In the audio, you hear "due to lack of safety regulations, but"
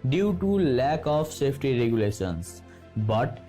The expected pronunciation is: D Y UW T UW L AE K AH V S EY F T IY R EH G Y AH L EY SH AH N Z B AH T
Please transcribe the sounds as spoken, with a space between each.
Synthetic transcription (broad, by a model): D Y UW T UW L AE K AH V S EY P T IY R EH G Y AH L EY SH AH N S B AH T